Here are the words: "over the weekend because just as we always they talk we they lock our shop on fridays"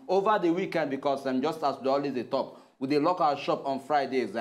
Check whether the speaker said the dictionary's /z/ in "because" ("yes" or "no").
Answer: no